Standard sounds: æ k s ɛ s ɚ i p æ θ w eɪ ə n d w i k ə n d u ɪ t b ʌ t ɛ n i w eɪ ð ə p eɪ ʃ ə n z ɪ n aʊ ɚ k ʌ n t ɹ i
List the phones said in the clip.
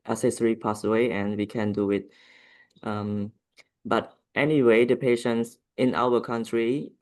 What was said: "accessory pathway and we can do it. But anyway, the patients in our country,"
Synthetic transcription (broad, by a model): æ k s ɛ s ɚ i p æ s w eɪ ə n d w i k ə n d u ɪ t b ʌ t ɛ n i w eɪ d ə p eɪ ʃ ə n s ɪ n aʊ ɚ k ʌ n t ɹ i